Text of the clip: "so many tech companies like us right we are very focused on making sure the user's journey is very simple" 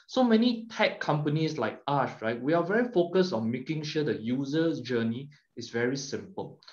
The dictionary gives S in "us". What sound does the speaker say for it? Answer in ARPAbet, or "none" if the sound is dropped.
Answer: SH